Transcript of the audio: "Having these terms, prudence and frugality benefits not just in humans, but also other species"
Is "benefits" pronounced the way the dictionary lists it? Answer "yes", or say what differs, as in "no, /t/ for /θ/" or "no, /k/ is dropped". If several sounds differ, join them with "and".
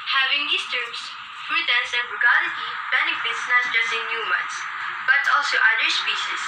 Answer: yes